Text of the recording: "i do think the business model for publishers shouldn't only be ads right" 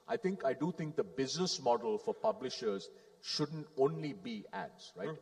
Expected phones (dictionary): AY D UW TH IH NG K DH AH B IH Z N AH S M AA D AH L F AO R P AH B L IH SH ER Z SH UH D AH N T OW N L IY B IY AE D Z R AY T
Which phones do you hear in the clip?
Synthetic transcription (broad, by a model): AY D UW T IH NG K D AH B IH Z N AH S M AA D AH L F AO R P AH B L IH SH ER Z SH UH D AH N T OW N L IY B IY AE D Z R AY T